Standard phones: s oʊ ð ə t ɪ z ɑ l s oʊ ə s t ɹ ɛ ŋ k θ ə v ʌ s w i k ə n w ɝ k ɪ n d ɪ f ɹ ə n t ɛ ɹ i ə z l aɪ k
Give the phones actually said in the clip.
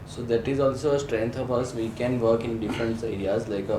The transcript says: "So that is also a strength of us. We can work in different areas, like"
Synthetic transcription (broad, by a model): s oʊ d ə t ɪ z ɑ l s oʊ ə s t ɹ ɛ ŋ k t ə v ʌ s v i k ə n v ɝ k ɪ n d ɪ f ɹ ə n t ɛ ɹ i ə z l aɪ k